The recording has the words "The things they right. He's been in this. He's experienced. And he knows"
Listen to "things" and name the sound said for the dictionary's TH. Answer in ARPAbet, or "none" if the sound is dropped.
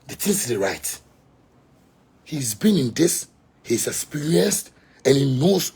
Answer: T